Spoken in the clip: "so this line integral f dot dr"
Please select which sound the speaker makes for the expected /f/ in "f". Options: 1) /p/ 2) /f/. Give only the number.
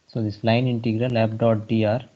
1